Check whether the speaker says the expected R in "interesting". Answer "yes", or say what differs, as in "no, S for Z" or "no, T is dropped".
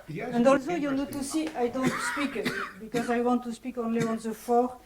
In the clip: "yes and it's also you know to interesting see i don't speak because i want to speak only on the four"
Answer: no, R is dropped